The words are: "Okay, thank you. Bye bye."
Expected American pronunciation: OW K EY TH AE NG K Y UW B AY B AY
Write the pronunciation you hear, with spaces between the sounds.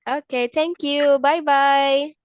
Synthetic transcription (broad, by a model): OW K EY T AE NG K Y UW B AY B AY